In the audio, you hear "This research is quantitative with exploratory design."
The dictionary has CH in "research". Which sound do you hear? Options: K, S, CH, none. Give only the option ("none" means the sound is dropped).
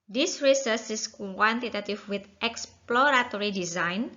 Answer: S